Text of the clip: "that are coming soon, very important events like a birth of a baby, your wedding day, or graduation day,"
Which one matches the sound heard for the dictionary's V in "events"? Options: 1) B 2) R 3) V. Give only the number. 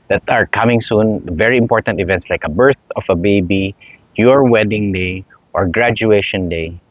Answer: 3